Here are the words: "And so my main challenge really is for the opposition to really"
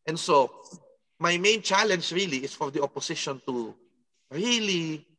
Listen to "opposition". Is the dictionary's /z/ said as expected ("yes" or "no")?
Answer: no